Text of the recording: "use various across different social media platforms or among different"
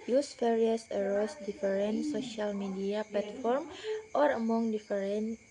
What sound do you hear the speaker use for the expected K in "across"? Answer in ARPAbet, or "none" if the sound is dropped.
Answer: none